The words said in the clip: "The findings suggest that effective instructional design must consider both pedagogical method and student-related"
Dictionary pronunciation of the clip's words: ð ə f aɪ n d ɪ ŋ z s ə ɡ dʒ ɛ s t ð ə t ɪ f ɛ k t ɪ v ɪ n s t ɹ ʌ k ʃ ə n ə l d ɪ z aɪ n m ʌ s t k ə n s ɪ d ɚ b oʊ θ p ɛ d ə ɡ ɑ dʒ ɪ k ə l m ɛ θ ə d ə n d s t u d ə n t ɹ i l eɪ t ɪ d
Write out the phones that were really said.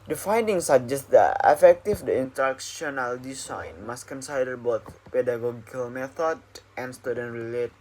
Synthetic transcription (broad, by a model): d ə f aɪ n d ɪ ŋ s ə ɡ dʒ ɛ s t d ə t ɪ f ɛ k t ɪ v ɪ n t ʌ k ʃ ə n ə l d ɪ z aɪ n m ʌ s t k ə n s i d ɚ b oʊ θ p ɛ d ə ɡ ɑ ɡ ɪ k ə l m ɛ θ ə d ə n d s t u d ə n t ɹ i l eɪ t